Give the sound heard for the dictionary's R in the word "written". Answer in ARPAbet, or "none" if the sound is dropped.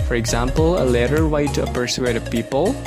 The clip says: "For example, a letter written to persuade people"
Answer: W